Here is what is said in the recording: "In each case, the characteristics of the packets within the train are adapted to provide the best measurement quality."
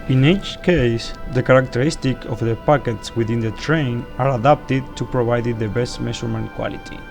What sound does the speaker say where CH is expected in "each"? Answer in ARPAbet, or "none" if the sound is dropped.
CH